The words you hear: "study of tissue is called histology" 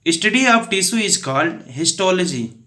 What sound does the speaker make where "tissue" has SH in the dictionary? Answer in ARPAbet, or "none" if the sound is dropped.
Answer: S